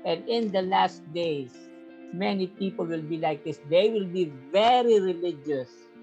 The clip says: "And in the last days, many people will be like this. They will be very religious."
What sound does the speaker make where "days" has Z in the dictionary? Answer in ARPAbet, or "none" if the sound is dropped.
S